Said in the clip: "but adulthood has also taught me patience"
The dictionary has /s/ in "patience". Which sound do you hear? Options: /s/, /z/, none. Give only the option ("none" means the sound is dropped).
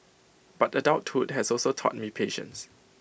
/s/